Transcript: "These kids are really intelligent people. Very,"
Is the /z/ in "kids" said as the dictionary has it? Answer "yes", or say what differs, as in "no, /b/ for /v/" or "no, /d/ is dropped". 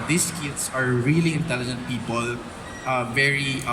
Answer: no, /s/ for /z/